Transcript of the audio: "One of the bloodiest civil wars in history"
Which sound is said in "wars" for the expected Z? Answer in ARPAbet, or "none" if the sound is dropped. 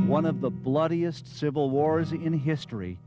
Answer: Z